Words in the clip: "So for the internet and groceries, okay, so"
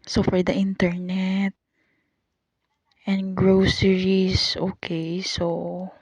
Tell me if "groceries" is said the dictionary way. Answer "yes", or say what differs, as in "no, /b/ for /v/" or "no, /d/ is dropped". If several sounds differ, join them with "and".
no, /s/ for /z/